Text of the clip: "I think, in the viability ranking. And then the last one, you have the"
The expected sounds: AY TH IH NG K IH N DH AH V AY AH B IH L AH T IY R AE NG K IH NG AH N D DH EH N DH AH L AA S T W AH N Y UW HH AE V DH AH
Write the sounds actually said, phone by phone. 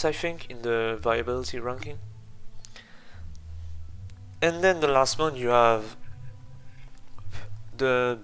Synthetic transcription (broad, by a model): AY F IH NG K IH N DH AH V AY AH B IH L AH T IY R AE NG K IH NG AH N D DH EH N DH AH L AA S T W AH N Y UW HH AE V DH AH